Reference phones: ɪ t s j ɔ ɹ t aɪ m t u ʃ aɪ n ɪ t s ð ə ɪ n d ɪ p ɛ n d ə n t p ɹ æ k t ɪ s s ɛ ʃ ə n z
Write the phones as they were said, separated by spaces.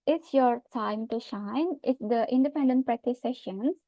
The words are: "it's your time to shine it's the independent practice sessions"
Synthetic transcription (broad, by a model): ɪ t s j ɔ ɹ t aɪ m t u ʃ aɪ n ɪ t s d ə ɪ n d ɪ p ɛ n d ə n t p ɹ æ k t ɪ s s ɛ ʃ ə n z